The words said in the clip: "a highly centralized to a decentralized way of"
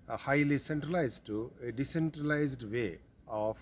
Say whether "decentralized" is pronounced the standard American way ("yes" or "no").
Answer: yes